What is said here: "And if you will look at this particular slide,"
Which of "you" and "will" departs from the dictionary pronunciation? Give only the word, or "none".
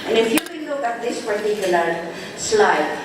will